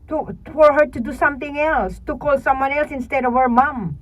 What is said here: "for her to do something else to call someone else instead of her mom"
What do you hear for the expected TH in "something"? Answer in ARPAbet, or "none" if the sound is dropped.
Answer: T